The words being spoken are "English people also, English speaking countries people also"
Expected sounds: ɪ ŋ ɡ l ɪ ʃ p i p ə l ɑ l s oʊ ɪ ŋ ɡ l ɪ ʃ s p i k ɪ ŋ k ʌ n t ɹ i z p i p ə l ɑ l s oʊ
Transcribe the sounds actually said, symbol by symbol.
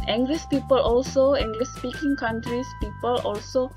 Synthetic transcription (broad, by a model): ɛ ŋ ɡ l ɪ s p i p ə l ɑ l s oʊ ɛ ŋ ɡ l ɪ s p i k ɪ ŋ k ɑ n t ɹ i s p i p ə l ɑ l s oʊ